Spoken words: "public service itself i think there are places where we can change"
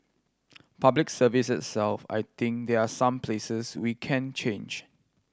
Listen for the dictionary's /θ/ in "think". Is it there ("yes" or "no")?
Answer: no